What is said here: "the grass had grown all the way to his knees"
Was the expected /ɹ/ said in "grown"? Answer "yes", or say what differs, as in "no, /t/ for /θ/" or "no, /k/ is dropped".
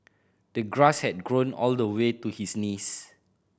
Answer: yes